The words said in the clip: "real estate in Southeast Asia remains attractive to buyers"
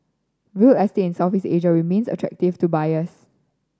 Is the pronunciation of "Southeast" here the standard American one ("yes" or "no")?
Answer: no